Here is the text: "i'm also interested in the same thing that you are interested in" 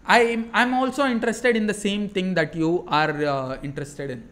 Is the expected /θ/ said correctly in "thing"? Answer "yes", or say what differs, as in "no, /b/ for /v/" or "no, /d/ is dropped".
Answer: no, /t/ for /θ/